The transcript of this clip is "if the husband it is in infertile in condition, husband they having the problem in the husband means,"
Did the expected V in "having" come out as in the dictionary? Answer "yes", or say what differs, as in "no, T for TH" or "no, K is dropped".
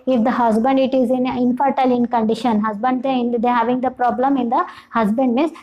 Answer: yes